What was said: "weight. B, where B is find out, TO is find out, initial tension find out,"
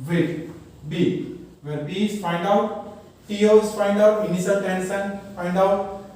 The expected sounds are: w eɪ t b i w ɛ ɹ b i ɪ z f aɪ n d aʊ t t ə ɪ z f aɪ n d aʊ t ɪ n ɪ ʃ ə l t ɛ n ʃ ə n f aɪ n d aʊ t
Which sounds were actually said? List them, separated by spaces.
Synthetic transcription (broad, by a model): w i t b i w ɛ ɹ b i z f aɪ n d aʊ t t ə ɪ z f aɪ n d aʊ t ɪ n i s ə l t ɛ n s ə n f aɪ n d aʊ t